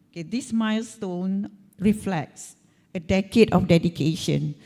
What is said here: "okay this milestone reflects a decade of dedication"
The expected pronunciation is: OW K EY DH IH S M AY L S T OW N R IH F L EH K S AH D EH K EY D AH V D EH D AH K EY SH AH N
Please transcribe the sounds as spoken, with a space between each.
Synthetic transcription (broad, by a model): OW K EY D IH S M AY L S T OW N R IH F L EH K S AH D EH K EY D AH F D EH D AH K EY SH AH N